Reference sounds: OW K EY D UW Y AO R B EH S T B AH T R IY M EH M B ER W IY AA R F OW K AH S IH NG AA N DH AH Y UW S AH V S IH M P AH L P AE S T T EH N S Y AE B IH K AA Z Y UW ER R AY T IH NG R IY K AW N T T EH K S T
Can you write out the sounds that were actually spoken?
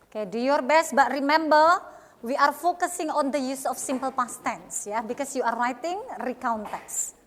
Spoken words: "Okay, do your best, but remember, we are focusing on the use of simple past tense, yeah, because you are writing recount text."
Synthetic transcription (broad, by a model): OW K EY D UW Y AO R B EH S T B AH T R IY M EH M B ER W IY AA R F OW K AH S IH NG AA N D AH Y UW S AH F S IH M P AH L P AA S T T EH N S Y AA B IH K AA S Y UW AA R AY T IH NG R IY K AW N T T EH K S